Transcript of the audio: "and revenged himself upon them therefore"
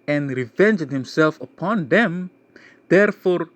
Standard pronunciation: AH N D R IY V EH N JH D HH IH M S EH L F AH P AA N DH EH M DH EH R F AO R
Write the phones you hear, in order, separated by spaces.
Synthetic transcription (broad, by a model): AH N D R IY V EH N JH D HH IH M S EH L F AH P AA N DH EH M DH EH R F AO R